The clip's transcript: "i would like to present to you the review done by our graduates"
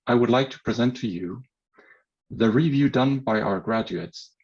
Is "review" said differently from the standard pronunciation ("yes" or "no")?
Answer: no